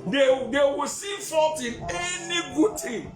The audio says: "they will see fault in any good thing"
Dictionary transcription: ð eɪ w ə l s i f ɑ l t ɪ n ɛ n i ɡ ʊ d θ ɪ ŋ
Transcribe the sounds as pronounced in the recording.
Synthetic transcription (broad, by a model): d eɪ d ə w s i f ɑ l t ɪ n ɛ n i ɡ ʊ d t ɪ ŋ